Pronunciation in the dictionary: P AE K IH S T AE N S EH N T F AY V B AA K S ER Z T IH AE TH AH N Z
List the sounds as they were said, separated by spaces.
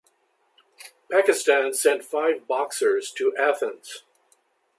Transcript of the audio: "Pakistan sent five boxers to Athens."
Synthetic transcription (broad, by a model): P AE K IH S T AE N S EH N T F AY V B AA K S ER Z T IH AE TH AH N Z